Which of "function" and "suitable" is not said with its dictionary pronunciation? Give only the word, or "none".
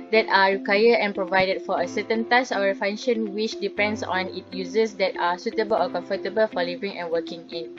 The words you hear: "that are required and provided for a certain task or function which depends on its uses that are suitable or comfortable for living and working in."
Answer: function